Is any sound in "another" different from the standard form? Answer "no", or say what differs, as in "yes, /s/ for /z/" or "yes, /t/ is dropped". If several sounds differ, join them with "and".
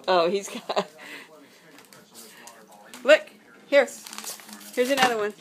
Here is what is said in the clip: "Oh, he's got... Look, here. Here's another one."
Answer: no